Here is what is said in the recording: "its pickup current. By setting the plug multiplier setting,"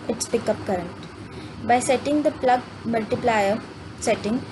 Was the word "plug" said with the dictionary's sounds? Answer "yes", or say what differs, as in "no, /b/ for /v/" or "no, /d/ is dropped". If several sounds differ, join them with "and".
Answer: yes